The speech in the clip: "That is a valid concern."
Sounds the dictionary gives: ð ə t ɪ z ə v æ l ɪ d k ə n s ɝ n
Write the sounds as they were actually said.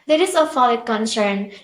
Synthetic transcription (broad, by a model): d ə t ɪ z ə f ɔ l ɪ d k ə n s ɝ n